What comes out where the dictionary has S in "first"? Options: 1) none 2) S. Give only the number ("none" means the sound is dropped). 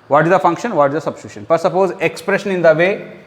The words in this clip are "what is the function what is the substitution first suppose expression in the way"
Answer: 1